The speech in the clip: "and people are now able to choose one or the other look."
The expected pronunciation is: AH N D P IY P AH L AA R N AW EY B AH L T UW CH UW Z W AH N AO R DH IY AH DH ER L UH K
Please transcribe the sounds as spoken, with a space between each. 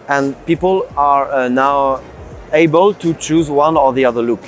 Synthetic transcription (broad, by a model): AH N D P IY P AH L AA R N AW EY B AH L T UW CH UW Z W AH N AO R DH IY AH DH ER L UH K